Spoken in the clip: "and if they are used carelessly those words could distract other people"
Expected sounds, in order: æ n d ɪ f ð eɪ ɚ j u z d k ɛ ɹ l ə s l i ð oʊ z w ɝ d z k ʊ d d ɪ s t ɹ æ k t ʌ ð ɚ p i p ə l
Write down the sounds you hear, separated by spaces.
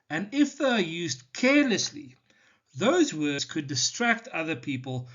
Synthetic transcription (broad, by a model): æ n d ɪ f ð eɪ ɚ j u z d k ɛ ɹ l ə s l i ð oʊ z w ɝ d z k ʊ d d ɪ s t ɹ æ k t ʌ ð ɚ p i p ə l